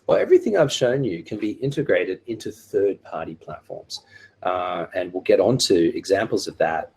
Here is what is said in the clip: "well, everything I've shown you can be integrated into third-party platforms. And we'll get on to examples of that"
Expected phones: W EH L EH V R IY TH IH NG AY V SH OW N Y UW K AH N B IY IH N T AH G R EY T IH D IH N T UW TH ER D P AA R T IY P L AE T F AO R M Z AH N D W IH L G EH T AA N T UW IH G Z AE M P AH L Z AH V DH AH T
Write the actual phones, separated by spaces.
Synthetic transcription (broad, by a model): W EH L EH V R IY TH IH NG AY V SH OW N Y UW K AH N B IY IH N T AH G R EY T IH D IH N T UW TH ER D P AA R T IY P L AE T F AO R M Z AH N W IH L G EH T N T UW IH G Z AE M P L Z AH V DH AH T